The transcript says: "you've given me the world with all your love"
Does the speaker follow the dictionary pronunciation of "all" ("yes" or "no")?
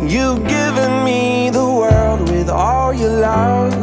yes